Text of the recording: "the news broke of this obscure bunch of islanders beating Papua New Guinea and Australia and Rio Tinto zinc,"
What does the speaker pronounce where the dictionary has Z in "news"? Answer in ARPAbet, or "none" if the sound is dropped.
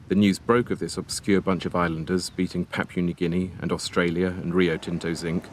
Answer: Z